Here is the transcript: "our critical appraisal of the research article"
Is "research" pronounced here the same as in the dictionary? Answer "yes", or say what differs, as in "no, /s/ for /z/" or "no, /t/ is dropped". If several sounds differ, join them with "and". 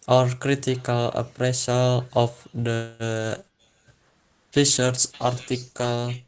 no, /s/ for /tʃ/